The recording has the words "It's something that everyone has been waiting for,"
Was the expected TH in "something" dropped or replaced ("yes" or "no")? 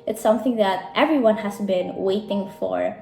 no